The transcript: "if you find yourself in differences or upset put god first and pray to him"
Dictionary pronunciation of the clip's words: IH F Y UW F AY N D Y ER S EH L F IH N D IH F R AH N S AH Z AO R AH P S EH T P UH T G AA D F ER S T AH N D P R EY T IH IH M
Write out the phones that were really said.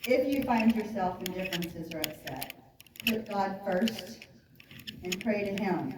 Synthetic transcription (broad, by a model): IH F Y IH F AY N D Y ER S EH L F IH N D IH F R AH N S AH Z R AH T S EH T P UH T G AA D F ER S T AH N P R EY T IH IH M